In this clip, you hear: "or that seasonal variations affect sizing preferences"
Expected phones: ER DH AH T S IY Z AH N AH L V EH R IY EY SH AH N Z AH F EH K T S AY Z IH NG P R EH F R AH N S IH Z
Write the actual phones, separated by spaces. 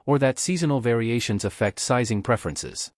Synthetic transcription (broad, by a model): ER DH AH T S IY Z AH N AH L V EH R IY EY SH AH N Z AH F EH K T S AY Z IH NG P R EH F R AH N S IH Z